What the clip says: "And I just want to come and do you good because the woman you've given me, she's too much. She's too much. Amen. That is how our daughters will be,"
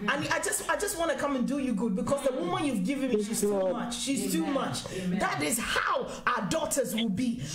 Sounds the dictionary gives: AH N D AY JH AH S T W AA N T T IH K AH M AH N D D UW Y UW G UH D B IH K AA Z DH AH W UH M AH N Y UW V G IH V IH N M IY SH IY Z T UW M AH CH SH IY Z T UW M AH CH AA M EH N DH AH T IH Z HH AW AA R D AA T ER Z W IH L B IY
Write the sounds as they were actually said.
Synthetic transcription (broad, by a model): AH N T AY JH AH S T W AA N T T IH K AH M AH N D D UW Y UW G UH D B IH K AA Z DH AH W UH M AH N Y UW V G IH V IH N M IY SH IY Z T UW M AH CH SH IY Z T UW M AH CH DH AH T IH Z HH AW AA D AA T ER Z W IH L B IY